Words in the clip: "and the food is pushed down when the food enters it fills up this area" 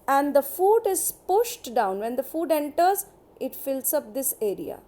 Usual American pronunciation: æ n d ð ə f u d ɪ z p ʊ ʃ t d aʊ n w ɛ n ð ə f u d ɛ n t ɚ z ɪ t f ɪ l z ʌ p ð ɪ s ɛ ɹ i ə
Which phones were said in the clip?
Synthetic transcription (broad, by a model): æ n d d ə f u d ɪ z p ʊ ʃ t d aʊ n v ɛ n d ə f u d ɛ n t ɚ z ɪ t f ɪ l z ʌ p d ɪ s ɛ ɹ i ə